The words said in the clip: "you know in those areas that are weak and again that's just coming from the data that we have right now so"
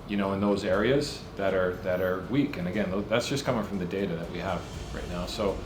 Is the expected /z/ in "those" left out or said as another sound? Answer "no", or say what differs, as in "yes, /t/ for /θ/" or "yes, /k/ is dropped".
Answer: no